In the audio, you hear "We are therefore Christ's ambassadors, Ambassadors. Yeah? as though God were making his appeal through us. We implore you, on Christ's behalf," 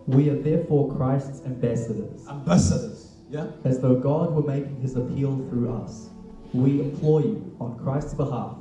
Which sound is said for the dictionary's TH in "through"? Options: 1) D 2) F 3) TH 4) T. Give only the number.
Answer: 3